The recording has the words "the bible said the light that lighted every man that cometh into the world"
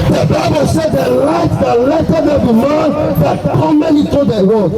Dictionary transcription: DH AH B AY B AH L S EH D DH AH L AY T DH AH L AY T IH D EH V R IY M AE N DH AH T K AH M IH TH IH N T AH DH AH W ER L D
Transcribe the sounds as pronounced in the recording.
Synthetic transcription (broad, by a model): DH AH B AY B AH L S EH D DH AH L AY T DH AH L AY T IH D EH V IY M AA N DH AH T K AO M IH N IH T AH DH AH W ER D